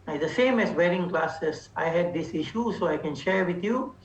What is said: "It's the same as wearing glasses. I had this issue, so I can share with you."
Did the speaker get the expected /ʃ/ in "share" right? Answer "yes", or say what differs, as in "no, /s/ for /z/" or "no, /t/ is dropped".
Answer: yes